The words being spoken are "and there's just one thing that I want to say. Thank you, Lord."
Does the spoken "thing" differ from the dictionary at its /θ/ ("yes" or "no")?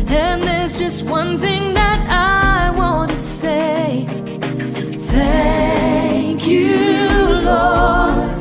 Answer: no